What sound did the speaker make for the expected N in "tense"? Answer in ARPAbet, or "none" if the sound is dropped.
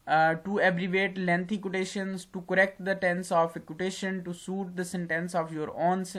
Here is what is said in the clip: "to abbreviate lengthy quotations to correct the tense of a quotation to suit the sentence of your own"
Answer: N